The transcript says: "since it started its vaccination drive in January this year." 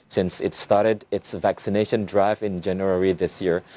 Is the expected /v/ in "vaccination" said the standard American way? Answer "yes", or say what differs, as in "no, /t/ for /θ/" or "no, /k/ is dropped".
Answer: yes